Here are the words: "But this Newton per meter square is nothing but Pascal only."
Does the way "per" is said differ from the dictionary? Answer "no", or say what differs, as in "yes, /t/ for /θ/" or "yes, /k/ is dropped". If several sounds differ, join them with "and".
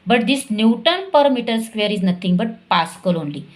no